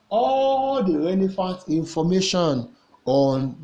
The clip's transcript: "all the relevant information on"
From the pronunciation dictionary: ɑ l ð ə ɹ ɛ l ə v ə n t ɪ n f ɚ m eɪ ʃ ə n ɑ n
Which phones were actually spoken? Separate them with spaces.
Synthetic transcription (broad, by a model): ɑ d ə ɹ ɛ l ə f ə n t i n f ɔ m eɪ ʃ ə n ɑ n